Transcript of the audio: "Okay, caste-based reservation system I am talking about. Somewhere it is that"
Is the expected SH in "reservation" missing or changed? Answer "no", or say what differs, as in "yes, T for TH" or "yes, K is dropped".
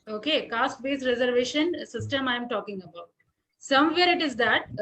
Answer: no